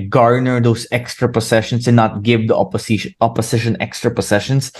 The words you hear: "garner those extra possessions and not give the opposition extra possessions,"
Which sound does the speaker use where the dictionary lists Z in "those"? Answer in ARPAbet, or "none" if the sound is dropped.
S